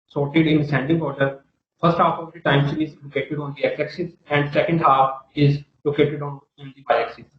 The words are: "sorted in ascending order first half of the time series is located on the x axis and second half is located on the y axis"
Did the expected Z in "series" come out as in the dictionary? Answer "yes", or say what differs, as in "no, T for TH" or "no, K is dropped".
no, Z is dropped